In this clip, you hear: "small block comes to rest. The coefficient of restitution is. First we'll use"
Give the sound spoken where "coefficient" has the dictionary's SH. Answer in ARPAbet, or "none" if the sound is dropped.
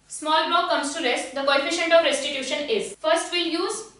SH